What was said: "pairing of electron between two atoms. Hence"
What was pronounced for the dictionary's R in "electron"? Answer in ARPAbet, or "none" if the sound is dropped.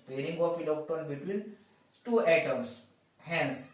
none